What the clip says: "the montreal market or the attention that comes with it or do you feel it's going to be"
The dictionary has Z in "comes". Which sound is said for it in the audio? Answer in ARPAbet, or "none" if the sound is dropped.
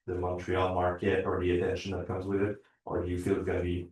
Z